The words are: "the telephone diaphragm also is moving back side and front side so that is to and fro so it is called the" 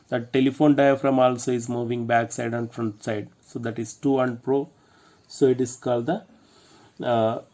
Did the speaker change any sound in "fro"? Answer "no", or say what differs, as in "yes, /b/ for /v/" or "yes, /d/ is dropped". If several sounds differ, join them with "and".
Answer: yes, /p/ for /f/